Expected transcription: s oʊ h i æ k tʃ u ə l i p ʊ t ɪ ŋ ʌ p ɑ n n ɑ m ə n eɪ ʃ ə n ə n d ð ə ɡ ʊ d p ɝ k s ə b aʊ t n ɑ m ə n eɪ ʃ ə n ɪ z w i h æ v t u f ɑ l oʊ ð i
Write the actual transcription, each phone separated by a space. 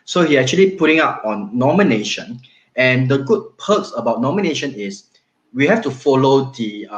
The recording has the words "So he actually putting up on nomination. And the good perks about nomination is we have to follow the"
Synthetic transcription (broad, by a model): s oʊ h i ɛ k tʃ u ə l i p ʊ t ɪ ŋ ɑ p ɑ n n ɑ m ə n eɪ ʃ ə n ə n d ə ɡ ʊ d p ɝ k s ə b aʊ t n ɑ m ə n eɪ ʃ ə n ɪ s w i h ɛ f t u f ɑ l oʊ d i